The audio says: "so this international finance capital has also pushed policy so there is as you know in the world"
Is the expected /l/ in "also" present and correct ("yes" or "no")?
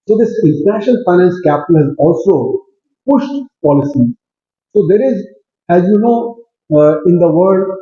yes